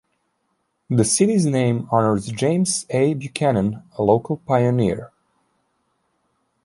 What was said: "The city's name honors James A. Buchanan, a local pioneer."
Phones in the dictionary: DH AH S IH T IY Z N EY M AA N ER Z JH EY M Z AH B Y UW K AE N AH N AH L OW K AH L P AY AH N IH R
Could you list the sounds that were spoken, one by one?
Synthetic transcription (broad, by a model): DH AH S IH T IY Z N EY M AA N ER Z JH EY M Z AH B Y UW K AE N AH N AH L OW K AH L P AY AH N IH R